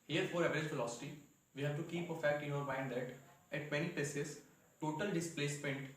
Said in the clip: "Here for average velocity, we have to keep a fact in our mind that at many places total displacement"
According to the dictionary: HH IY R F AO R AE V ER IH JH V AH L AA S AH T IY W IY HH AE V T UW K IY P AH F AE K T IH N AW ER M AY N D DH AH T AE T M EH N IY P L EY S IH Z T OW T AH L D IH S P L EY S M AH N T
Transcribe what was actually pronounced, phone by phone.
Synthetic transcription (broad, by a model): HH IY R F AO R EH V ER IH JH F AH L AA S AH T IY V IY HH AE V T UW K IY P AH F AE K T IH N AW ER M AY N D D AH T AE T M EH N IY P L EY S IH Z T OW T AH L D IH S P L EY S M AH N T